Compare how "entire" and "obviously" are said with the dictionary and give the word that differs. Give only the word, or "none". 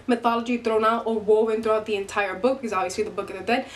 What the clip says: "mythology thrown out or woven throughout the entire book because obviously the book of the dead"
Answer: obviously